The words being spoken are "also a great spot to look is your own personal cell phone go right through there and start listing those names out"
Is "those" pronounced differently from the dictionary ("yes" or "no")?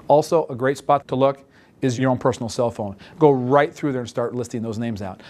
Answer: no